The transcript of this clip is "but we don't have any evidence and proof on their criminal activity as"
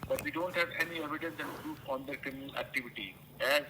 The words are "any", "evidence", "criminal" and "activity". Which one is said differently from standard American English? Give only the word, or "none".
none